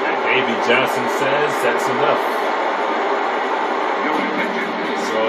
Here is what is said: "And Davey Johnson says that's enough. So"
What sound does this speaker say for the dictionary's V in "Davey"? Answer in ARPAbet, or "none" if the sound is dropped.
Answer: B